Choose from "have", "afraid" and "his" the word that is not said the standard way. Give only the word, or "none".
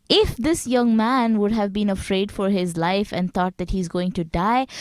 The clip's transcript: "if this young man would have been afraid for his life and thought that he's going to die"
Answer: none